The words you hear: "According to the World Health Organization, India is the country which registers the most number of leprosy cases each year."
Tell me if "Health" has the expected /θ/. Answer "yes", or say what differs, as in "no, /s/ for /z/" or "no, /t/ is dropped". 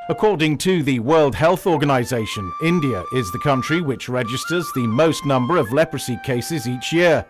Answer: yes